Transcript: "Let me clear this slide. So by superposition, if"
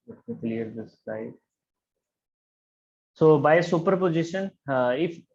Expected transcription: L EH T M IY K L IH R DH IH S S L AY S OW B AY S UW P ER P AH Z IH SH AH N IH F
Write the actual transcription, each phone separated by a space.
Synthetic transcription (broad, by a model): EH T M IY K L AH R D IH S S AY S OW B AY S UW P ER P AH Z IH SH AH N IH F